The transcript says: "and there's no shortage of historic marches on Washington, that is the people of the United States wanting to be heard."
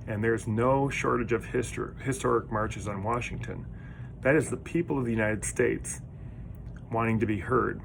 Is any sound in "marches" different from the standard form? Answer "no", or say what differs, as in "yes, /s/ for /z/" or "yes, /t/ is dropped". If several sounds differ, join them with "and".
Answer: no